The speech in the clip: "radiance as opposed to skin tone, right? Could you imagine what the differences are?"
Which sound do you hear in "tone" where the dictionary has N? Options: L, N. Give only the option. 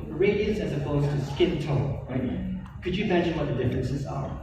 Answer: L